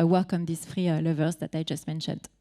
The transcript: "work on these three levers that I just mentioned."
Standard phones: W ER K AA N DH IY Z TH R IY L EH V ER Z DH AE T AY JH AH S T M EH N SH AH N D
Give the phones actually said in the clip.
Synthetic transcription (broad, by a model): W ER K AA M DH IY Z F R IY L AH V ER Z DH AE T AY JH AH S T M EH N SH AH N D